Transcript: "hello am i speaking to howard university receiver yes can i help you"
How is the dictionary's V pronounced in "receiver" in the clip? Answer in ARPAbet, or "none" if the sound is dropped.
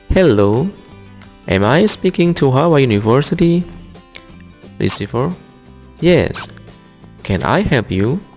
F